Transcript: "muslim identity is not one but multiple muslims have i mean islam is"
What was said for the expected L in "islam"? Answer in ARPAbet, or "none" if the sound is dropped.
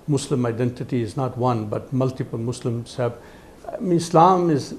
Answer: L